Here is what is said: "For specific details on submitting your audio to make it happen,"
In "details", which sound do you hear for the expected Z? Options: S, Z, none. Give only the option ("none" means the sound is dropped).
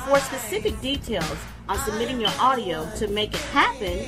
Z